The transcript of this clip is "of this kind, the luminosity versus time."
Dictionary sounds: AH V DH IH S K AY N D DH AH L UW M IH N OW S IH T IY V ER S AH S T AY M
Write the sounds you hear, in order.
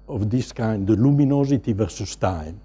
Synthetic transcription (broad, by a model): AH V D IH S K AY N D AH L UW M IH N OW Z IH T IY V ER S AH S T AY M